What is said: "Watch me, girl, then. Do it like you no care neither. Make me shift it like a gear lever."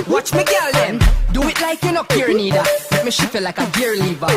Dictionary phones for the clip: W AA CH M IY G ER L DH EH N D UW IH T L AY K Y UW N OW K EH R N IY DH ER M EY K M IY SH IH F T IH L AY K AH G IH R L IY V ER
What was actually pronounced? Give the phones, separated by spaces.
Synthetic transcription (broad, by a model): W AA CH M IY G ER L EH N D UW IH T L AY K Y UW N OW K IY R N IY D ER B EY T M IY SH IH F IH L AY K AH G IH R L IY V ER